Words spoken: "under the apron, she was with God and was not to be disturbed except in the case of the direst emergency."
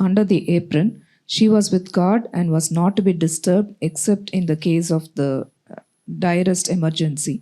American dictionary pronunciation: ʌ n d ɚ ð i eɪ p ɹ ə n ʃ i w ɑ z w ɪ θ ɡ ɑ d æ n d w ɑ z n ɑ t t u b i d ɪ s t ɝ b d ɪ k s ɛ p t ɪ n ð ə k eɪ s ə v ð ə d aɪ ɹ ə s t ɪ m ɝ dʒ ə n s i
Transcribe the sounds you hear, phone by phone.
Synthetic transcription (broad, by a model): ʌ n d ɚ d i eɪ p ɹ ə n ʃ i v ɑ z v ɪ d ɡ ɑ d æ n d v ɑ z n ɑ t t u b i d ɪ s t ɝ b d ɪ k s ɛ p t ɪ n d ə k eɪ s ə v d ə d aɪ ɹ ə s t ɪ m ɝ dʒ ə n s i